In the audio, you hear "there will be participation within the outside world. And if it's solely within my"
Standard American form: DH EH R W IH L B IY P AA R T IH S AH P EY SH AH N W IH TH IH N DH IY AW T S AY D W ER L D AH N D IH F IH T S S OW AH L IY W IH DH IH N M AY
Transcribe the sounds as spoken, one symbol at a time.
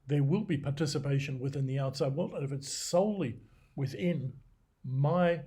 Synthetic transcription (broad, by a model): DH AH R W IH L B IY P AA R T IH S AH P EY SH AH N W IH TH IH N DH IY AW T S AY D W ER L AH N IH F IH T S S OW AH L IY W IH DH IH N M AY